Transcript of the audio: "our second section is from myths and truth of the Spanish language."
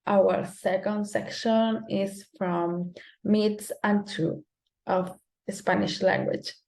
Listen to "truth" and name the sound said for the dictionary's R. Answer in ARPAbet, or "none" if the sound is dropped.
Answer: none